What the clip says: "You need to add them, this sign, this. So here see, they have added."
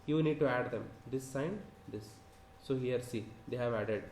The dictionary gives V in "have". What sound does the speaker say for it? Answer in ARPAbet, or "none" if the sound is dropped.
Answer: V